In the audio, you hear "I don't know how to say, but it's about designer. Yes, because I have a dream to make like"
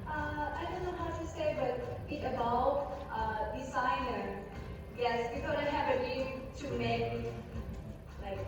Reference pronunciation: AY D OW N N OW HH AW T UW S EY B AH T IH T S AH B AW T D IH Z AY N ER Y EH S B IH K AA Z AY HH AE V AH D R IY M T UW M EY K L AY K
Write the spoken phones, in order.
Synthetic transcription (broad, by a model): AY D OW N N OW HH AW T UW S EY B AH T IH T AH B AW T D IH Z AY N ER Y EH S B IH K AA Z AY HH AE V AH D IY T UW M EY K L AY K